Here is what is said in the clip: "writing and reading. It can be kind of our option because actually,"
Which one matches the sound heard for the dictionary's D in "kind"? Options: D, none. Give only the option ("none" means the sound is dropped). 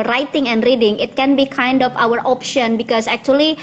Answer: D